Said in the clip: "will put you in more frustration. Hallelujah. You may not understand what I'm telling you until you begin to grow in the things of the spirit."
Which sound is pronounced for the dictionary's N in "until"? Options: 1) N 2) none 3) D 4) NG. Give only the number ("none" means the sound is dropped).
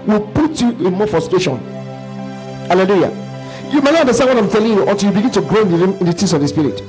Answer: 2